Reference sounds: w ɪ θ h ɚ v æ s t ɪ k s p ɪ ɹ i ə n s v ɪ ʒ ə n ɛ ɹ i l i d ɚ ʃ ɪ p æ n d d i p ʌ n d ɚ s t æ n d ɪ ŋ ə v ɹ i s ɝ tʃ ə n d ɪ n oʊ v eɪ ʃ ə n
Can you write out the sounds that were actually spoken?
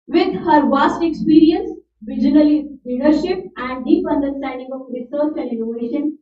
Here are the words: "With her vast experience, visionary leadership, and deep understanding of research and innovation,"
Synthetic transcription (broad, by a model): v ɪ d h ɚ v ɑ s t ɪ k s p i ɹ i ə n s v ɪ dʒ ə n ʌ l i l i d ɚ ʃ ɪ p æ n d d i p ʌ n d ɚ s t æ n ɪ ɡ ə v ɹ i s ɝ tʃ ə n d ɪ n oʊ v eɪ ʃ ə n